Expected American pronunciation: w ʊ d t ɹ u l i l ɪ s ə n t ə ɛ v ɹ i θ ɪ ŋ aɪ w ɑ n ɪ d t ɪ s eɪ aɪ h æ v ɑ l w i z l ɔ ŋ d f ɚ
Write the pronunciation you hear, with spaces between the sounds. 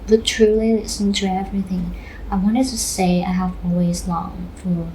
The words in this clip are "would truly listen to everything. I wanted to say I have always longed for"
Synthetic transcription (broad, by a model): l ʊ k t ɹ u l i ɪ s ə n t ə ɛ v ɹ i θ ɪ ŋ aɪ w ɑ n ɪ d t ɪ s eɪ aɪ h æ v ɑ l w i z l ɔ ŋ f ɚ